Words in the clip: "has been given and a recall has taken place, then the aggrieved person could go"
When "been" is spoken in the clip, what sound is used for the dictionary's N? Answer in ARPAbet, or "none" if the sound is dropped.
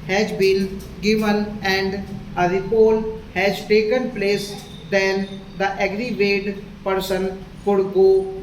L